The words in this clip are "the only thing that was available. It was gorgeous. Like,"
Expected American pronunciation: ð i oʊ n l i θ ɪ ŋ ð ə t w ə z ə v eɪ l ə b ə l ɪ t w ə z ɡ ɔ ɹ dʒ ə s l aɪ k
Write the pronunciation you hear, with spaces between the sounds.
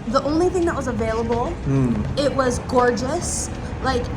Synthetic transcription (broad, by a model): ð i oʊ n l i θ ɪ ŋ ð ə t w ə z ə v eɪ l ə b l ɪ t w ə z ɡ ɔ ɹ dʒ ə s l aɪ k